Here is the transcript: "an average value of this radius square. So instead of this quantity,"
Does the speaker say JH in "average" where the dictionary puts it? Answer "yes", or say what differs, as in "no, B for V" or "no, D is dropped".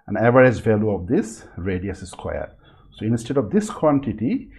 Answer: no, Z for JH